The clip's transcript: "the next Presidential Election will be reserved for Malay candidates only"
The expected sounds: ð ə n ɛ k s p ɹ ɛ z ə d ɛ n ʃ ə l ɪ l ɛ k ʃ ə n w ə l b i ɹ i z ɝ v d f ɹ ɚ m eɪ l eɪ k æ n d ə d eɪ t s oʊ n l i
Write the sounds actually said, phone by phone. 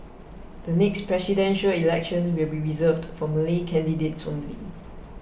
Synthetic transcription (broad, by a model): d ə n ɛ k s p ɹ ɛ s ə d ɛ n ʃ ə l ɪ l ɛ k ʃ ə n w ə l b i ɹ i z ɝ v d f ɹ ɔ m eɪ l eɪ k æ n d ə d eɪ t s oʊ n l i